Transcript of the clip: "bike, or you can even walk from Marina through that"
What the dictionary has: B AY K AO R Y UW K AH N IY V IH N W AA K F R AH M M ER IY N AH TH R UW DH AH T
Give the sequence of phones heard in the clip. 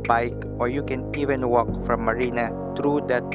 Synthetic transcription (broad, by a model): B AY K AO R Y UW K AH N IY V IH N W AA K F R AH M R IY N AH T R UW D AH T